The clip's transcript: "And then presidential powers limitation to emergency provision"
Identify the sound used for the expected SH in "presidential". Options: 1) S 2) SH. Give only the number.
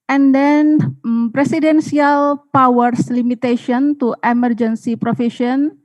1